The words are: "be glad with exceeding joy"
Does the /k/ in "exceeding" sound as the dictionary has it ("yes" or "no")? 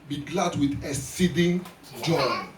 no